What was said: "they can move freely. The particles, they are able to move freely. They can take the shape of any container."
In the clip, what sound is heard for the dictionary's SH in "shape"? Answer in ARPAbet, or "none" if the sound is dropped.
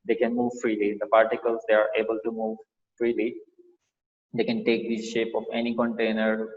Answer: SH